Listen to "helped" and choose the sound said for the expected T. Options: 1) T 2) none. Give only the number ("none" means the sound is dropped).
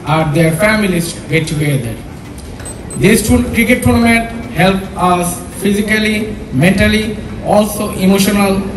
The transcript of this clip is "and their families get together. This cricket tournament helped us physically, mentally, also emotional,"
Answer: 2